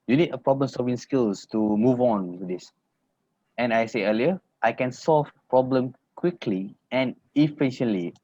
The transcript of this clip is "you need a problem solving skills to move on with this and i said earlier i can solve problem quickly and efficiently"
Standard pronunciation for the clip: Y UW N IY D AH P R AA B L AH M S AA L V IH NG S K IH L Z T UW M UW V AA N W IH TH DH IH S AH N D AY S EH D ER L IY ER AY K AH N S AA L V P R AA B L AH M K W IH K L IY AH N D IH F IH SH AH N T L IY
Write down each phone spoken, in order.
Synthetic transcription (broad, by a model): Y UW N IY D AH P R AA B L AH M S AA L V IH NG S K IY L S T UW M UW V AA N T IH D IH S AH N AY S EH ER L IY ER AY K AH N S AA L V P R AA B L AH M K W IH K L IY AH N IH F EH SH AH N L IY